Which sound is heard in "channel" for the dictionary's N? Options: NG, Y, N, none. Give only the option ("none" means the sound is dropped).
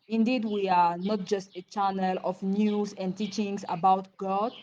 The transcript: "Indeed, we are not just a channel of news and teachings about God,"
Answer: N